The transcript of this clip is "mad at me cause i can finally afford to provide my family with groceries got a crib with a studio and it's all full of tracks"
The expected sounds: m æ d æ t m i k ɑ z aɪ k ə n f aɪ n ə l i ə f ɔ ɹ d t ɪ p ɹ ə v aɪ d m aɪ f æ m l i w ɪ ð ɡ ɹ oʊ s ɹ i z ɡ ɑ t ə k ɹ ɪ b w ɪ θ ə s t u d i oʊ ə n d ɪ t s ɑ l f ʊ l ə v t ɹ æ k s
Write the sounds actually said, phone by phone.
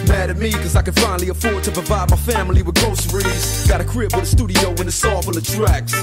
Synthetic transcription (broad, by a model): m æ d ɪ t m i k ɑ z aɪ k ə n f aɪ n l i ə f ɔ ɹ d t ɪ p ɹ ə v aɪ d m aɪ f æ m l i w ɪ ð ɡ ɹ oʊ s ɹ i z ɡ ɑ t ə k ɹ ɪ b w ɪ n ə s t u d i oʊ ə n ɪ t s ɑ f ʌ n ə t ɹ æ k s